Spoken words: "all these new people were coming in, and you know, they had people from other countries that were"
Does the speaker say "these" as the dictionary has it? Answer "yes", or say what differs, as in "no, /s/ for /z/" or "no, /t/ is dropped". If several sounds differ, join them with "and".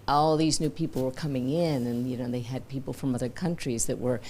yes